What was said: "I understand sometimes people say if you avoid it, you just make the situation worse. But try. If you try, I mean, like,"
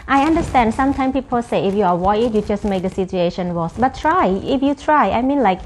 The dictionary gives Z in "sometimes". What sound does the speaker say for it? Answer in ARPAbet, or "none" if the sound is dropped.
none